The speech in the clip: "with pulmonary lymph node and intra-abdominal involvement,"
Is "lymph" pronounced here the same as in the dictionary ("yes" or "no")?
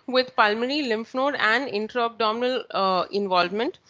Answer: yes